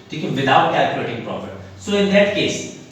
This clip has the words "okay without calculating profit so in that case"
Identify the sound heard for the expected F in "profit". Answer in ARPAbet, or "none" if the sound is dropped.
P